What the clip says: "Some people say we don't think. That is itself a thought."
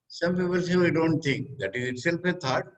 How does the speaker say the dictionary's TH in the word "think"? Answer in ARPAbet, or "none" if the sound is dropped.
T